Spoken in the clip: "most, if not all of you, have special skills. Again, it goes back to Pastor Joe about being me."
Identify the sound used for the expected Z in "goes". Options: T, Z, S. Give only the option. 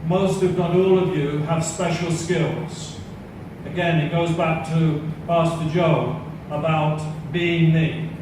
Z